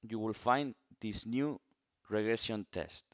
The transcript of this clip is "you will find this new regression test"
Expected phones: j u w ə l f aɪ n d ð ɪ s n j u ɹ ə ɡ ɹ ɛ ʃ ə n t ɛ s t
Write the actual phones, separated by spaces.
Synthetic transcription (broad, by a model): j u w ə l f aɪ n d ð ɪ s n j u ɹ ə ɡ ɹ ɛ s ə n t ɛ s t